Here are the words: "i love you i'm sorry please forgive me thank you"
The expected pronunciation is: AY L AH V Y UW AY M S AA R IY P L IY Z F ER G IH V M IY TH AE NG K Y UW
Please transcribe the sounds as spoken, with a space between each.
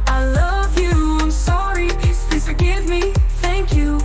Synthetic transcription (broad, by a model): AY L AH V Y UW AY M S AA R IY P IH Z F ER G IH V M IY TH AE NG K Y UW